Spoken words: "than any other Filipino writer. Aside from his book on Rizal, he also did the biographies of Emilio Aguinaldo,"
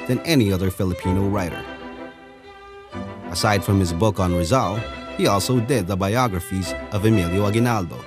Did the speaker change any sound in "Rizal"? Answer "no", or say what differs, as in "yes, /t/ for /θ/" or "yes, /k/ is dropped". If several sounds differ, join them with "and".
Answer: no